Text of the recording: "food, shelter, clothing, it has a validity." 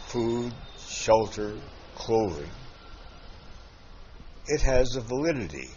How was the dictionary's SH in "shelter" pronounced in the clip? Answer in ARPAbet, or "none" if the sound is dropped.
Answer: SH